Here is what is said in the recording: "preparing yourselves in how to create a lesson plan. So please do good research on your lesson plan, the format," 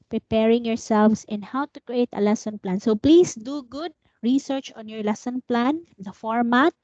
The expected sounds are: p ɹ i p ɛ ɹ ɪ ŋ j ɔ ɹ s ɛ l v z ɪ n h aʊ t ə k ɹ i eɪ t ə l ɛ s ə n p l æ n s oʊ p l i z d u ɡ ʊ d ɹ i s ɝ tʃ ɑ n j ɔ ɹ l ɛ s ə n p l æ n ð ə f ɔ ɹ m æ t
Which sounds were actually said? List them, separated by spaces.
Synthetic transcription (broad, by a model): p ɹ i p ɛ ɹ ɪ ŋ j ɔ ɹ s ɛ l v s ɪ n h aʊ t ə k ɹ i eɪ t ə l ɛ s ə n p l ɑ n s oʊ p l i s d u ɡ ʊ d ɹ i s ɝ tʃ ɑ n j ɔ ɹ l ɛ s ə n p l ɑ n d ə f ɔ ɹ m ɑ t